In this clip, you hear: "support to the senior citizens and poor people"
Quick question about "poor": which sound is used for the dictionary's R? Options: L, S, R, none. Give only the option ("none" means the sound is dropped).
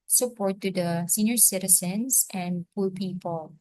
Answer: L